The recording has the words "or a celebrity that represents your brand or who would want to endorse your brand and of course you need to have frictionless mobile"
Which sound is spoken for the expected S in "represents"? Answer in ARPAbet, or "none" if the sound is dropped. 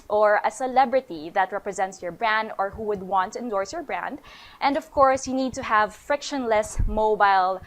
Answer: S